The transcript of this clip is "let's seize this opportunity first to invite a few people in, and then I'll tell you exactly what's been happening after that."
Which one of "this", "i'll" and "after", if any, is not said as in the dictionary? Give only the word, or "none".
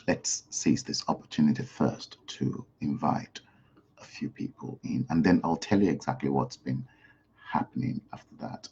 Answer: none